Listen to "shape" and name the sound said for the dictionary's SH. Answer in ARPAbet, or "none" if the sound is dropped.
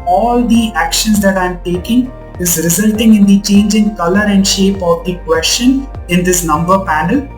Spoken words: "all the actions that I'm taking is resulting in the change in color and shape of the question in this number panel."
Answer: SH